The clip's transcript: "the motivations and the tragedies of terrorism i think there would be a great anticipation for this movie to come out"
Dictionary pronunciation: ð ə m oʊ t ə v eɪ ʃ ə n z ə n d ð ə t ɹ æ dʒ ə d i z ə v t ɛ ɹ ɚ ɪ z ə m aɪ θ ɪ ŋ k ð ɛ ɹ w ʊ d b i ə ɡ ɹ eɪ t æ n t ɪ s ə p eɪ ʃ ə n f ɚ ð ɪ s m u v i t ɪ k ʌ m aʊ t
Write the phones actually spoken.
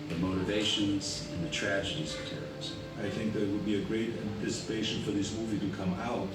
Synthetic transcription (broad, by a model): ð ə m oʊ t ə v eɪ ʃ ə n z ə n ð ə t ɹ æ dʒ ə d i z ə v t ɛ ɹ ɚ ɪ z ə ɪ θ ɪ ŋ k ð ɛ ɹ w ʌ d b i ə ɡ ɹ eɪ t æ n t ɪ s ə p eɪ ʃ ə n f ɚ ð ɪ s m u v i t ɪ k ʌ m aʊ t